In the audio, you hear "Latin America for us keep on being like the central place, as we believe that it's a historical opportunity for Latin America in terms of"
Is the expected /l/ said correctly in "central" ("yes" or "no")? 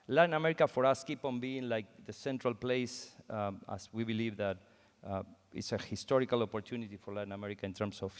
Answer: yes